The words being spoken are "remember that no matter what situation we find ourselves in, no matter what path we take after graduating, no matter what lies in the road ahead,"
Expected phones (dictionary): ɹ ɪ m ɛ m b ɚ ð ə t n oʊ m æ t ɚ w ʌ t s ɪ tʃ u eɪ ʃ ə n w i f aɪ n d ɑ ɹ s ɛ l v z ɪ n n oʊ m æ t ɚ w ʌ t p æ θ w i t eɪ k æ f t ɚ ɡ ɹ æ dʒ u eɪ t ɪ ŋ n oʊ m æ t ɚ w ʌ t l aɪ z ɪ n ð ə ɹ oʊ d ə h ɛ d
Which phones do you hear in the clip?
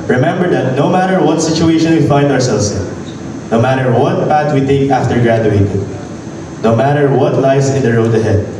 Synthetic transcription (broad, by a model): ɹ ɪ m ɛ m b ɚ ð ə t n oʊ m æ t ɚ w ʌ t s ɪ tʃ u eɪ ʃ ə n w i f aɪ n d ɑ ɹ s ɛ l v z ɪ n n oʊ m æ t ɚ w ʌ t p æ t w i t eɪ k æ f t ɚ ɡ ɹ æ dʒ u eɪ t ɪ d n oʊ m æ t ɚ w ʌ t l aɪ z ɪ n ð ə ɹ oʊ d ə h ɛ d